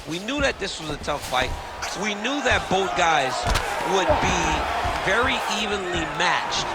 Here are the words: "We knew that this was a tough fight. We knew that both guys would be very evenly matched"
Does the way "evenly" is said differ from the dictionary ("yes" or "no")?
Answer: no